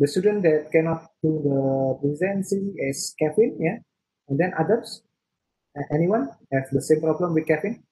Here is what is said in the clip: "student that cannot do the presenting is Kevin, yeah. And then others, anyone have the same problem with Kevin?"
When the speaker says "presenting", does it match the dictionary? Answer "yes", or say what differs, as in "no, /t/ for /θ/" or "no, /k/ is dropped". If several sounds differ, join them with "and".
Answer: no, /s/ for /t/